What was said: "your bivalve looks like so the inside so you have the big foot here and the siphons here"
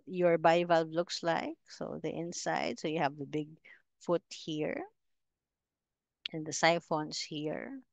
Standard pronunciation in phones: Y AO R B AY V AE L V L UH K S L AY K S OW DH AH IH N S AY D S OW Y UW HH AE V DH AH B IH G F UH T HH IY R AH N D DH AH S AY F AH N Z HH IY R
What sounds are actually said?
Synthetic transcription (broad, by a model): Y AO R B AY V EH L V L UH K S L AY K S OW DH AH IH N S AY D S OW Y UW HH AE V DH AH B IH G F UH T HH IY R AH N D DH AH S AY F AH N S HH IY R